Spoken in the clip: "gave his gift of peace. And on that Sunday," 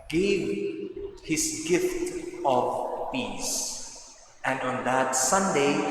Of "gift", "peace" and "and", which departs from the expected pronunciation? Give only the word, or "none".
none